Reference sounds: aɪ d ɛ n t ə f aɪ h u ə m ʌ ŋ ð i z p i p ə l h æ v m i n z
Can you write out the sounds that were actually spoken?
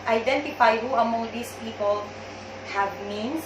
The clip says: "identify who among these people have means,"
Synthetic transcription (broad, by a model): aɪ d ɛ n t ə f aɪ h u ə m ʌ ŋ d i s p i p ə l h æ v m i n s